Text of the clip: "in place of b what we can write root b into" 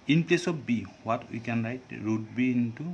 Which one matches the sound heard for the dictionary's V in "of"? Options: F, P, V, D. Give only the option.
P